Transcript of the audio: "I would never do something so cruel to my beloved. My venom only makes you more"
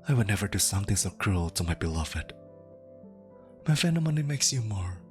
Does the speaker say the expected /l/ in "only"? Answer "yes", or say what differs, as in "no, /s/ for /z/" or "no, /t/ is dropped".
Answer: no, /l/ is dropped